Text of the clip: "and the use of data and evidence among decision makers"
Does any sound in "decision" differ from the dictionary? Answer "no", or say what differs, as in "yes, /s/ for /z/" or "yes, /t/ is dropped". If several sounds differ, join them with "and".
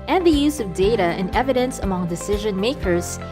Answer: no